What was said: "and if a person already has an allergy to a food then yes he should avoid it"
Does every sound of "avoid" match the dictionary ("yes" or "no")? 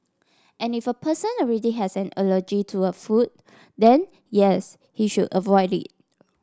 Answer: yes